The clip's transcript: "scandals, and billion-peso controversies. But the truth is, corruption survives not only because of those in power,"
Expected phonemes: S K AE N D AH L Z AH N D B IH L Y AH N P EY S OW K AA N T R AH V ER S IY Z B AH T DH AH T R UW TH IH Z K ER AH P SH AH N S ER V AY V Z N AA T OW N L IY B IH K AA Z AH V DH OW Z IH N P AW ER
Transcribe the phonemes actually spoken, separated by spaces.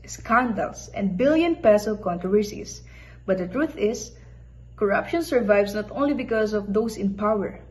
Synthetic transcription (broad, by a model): S K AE N D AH L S AH N D B IH L Y AH N P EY S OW K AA N T R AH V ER S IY S B AH T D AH T R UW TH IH S K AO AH P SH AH N S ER V AY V S N AA T OW N L IY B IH K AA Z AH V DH OW S IH N P AW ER